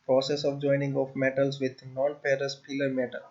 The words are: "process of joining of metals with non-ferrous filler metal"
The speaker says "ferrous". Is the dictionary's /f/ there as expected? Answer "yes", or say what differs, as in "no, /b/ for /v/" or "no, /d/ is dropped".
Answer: no, /p/ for /f/